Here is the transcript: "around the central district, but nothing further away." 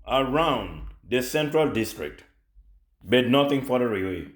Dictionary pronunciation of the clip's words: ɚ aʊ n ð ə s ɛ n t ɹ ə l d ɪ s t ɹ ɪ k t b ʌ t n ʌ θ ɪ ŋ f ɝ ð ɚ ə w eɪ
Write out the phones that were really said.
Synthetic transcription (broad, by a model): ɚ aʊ n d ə s ɛ n t ɹ ə l d ɪ s t ɹ ɪ k t b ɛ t n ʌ t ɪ ŋ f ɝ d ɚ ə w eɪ